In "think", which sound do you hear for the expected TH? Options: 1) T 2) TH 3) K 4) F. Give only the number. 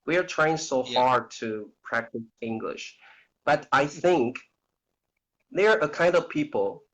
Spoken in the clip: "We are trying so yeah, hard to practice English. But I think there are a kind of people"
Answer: 2